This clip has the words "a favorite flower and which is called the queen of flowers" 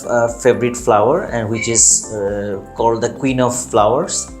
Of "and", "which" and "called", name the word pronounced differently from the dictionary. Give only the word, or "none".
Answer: none